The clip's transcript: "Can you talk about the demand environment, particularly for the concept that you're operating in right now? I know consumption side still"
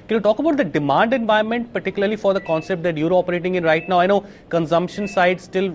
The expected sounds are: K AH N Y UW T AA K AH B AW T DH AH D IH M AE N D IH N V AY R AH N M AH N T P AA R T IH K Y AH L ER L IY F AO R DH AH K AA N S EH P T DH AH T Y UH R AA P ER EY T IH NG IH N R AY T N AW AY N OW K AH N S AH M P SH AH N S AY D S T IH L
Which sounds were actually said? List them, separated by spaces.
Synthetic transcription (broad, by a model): K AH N Y UW T AA K AH B AW T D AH D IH M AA N D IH N V AY AH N M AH N T P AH R T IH K Y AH L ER L IY F AO R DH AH K AA N S EH P T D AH T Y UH R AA P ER EY T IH NG IH N R AY T N AW AY N OW K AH N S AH M P SH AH N S AY D S T IH L